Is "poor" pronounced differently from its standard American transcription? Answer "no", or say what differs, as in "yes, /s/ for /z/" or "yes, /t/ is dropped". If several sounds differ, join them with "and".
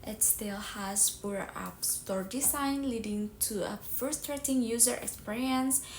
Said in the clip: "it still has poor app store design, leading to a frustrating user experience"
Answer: yes, /b/ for /p/